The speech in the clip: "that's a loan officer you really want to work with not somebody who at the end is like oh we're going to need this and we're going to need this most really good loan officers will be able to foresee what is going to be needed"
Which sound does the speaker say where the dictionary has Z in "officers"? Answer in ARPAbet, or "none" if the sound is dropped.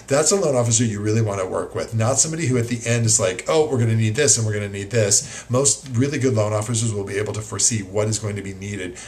Z